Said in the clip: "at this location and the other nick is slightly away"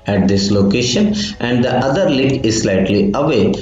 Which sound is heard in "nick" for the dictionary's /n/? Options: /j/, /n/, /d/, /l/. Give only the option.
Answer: /l/